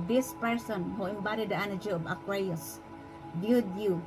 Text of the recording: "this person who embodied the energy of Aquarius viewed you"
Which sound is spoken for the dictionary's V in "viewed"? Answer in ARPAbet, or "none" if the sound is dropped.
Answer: B